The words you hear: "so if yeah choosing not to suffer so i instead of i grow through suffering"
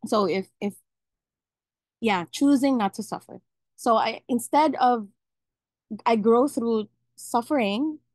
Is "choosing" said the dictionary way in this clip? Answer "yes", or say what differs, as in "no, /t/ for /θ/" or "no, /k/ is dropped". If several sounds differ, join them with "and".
yes